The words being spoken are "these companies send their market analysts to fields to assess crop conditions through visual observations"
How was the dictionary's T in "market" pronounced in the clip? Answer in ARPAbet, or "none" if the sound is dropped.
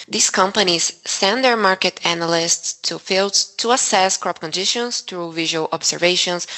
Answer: T